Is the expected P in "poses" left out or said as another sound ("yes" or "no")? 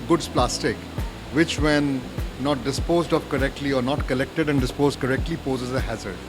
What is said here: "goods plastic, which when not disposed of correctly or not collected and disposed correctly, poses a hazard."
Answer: no